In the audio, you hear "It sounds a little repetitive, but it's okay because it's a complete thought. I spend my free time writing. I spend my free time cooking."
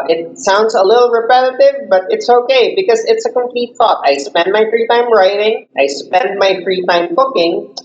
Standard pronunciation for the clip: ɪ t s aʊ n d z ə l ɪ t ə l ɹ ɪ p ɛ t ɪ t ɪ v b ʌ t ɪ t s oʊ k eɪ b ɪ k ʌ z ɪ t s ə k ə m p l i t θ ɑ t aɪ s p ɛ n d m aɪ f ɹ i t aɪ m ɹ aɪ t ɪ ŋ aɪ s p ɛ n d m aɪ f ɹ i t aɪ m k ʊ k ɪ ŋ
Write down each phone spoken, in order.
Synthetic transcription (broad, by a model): ɪ t s aʊ n d z ə l ɪ t l ɹ ɪ p ɛ t ɪ t ɪ v b ʌ t ɪ t s oʊ k eɪ b ɪ k ʌ z ɪ t s ə k ə m p l i t θ ɑ t aɪ s p ɛ n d m aɪ f ɹ i t aɪ m ɹ aɪ t ɪ ŋ aɪ s p ɛ n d m aɪ f ɹ i t aɪ m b ʊ k ɪ ŋ